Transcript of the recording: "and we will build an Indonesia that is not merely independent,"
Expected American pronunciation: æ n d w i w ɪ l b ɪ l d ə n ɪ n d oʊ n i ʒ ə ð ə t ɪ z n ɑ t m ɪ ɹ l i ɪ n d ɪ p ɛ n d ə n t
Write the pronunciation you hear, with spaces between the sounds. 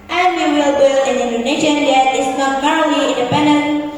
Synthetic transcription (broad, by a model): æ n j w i w ɪ l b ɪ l ə n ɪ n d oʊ n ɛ ʃ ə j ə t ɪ s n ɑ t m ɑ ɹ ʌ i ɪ n d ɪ p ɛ n d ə n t